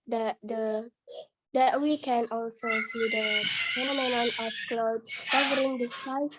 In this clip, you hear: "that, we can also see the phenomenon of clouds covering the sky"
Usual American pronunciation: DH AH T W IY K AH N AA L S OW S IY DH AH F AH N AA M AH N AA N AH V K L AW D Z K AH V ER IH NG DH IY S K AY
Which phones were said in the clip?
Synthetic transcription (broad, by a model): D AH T W IY K AH N AA L S OW S IY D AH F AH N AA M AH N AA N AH F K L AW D K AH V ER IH NG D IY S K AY